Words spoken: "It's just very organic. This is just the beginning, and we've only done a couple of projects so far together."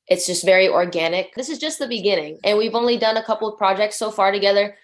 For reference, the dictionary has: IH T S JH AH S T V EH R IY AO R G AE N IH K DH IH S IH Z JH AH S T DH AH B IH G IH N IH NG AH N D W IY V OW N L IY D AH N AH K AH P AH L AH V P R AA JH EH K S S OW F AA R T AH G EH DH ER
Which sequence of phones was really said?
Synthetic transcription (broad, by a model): IH T S JH AH S T V EH R IY AO R G AE N IH K DH IH S IH Z JH AH S T DH AH B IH G IH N IH NG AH N W IY V OW N L IY D AH N AH K AH P L AH V P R AA JH EH K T S OW F AA R T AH G EH DH ER